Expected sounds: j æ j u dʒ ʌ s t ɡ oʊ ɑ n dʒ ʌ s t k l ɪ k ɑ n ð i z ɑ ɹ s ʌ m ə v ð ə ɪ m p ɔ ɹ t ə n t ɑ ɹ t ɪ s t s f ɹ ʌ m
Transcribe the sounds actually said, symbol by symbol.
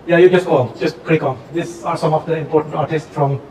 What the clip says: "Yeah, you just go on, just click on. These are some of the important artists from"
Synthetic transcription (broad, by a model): j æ j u dʒ ʌ s t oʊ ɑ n dʒ ʌ s t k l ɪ k ɑ n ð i s ɑ ɹ s ʌ m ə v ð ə ɪ m p ɔ ɹ t ə n t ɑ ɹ t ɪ s t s f ɹ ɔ m